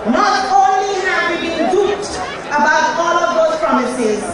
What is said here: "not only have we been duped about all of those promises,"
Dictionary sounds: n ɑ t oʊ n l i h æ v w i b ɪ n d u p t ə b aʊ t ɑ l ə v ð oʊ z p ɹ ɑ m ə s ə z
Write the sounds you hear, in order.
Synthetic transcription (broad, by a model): n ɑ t oʊ n l i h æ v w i b ɪ n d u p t ə b aʊ t ɑ l ə v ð oʊ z p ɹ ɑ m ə s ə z